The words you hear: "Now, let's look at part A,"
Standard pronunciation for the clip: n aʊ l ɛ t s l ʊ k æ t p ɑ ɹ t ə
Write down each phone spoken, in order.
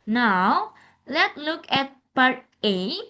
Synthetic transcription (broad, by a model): n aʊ l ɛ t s l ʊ k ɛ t b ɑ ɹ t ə